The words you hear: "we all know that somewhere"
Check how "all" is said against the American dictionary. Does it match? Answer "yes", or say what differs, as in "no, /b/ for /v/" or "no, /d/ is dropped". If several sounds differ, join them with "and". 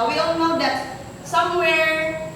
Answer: no, /n/ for /l/